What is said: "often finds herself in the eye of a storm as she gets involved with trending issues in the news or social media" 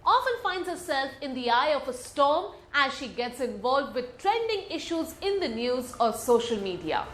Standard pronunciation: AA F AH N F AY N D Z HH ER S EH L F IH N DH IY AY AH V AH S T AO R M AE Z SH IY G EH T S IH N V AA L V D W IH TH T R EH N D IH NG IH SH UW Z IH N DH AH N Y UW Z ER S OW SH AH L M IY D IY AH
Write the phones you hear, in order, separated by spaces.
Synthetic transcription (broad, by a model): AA F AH N F AY N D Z HH ER S EH L F IH N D IY AY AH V AH S T AO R M AE Z SH IY G EH T S IH N V AA L V D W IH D T R EH N D IH NG IH SH UW Z IH N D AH N Y UW Z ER S OW SH AH L M IY D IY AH